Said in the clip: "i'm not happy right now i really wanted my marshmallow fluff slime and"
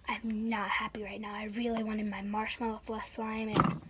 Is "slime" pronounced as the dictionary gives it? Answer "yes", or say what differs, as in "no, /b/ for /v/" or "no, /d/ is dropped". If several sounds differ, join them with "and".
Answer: yes